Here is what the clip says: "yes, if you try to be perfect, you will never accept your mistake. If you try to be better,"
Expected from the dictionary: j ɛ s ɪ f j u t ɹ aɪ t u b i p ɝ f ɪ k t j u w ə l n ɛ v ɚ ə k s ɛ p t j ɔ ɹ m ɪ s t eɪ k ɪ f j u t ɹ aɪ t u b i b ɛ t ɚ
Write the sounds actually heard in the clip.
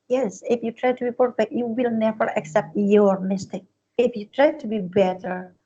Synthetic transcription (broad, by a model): j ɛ s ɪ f j u t ɹ aɪ t u b i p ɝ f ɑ t j u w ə l n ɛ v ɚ ə k s ɛ p t j ɔ ɹ m ɪ s t eɪ k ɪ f j u t ɹ aɪ t u b i b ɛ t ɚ